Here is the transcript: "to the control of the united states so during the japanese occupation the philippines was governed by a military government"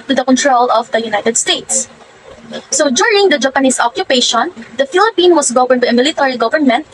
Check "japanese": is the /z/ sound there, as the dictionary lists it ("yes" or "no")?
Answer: no